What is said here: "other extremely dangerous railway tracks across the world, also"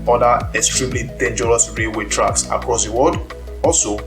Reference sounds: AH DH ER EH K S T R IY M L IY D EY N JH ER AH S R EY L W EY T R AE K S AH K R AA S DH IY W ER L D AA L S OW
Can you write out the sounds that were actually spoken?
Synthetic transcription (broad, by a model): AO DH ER EH K S T R IY M L IY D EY N JH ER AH S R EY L W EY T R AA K S AH K R AA S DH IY W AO D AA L S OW